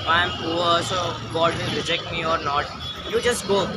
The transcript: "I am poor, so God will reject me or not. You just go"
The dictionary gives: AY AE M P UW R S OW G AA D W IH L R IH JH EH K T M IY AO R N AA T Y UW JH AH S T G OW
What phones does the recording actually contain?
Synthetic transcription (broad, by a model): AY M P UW L S OW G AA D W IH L R IH JH EH K T M IY AO R N AA T Y UW JH AH S T G OW